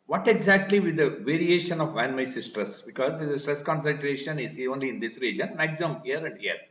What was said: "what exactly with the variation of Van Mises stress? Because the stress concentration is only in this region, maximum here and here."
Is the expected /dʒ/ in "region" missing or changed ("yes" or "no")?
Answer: no